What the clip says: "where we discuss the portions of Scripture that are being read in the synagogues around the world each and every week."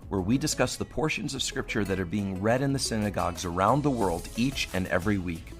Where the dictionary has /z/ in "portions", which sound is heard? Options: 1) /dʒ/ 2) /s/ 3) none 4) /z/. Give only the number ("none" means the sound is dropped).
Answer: 4